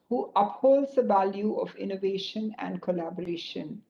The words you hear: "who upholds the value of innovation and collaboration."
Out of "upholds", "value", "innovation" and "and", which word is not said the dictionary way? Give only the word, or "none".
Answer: none